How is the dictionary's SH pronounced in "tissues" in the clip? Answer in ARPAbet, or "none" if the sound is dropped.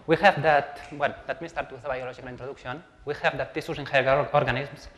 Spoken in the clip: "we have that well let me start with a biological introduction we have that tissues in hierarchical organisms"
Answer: S